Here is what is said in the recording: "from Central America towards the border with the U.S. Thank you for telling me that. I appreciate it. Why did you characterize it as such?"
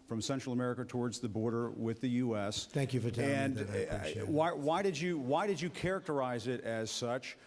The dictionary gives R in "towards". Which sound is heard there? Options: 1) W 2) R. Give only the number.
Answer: 2